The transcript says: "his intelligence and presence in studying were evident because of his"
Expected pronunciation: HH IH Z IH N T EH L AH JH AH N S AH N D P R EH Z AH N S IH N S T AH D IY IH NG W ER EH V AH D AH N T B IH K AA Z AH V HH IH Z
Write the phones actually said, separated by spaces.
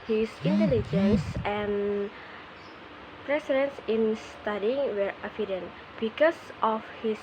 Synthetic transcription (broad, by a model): HH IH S IH N T EH L AH JH AH N S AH N P R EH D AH N S IH N S T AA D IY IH NG W ER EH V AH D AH N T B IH K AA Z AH F HH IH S